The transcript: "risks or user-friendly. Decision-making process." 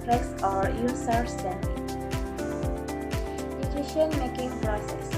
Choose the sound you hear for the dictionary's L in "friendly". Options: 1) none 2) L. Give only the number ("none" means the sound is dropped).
1